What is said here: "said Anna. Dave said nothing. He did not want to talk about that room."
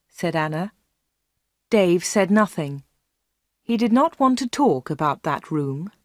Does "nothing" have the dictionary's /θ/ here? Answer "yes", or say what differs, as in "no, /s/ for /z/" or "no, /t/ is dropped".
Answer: yes